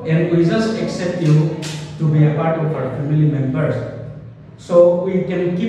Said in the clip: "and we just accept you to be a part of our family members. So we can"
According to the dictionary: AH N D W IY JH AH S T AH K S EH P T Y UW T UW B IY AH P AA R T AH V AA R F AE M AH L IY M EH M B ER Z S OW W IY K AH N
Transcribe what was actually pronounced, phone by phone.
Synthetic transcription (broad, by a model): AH N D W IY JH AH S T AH K S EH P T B T UW B IY AH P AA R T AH P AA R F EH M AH L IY M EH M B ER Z S OW W IY K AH N